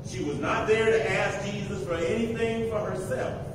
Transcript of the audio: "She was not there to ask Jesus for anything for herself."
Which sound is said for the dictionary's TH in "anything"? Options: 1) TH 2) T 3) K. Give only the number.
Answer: 1